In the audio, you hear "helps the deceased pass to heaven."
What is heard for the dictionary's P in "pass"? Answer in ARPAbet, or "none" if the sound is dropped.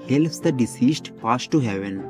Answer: F